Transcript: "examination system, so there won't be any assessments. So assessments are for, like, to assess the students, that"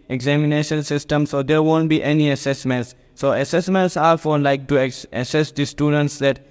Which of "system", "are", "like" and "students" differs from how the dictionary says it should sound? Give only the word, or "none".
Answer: none